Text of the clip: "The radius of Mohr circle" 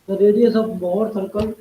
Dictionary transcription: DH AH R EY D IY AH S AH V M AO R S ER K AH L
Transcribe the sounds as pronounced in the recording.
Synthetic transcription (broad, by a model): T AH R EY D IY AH S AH B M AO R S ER K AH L